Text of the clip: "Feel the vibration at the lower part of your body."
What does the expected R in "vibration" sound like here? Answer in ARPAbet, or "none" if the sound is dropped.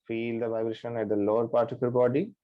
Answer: R